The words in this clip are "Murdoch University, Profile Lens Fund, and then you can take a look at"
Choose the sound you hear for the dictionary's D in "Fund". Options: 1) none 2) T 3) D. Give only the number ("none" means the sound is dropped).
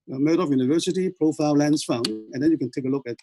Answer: 1